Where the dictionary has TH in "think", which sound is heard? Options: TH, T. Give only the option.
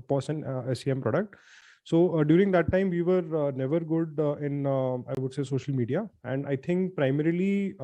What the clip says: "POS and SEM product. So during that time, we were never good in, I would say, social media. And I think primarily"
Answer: T